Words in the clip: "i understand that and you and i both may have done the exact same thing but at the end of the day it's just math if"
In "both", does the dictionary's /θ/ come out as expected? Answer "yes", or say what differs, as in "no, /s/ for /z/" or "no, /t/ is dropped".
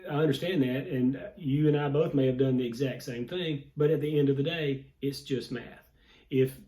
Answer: yes